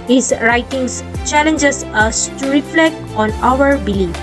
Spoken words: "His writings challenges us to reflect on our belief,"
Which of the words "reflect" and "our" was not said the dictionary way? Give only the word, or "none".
none